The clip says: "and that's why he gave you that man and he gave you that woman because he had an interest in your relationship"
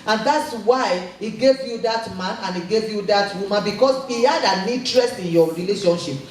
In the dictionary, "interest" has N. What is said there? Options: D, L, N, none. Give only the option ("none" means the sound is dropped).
none